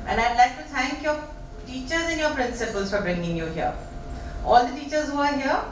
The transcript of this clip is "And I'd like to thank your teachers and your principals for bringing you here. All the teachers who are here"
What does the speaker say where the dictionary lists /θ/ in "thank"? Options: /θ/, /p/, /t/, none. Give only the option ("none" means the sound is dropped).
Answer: /t/